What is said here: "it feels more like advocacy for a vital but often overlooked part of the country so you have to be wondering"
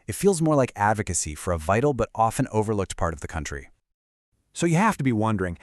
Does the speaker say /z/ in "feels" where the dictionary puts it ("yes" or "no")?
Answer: yes